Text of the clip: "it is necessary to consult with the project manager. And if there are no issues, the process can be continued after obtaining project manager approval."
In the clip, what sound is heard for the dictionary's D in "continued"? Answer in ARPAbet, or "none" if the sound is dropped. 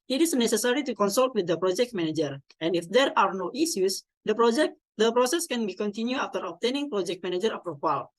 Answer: none